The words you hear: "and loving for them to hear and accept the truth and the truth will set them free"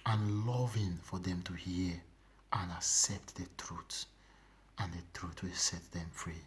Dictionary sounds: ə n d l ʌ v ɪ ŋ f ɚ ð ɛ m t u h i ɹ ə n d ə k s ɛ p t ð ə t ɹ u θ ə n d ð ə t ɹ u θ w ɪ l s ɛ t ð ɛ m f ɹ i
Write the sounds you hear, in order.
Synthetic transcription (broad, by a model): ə n l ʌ v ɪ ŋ f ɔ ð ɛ m t u h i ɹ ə n ə k s ɛ p t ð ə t ɹ u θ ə n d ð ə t ɹ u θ w ɪ l s ɛ t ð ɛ m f ɹ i